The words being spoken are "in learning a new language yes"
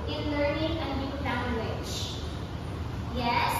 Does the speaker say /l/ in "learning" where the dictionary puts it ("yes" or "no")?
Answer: yes